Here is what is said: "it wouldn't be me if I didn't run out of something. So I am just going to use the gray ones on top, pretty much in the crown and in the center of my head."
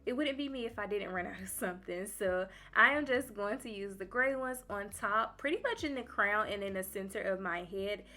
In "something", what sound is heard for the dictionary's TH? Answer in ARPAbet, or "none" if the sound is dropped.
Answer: TH